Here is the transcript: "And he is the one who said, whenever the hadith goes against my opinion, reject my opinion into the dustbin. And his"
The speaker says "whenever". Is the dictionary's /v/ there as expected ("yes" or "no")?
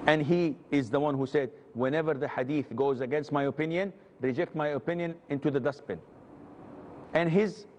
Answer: yes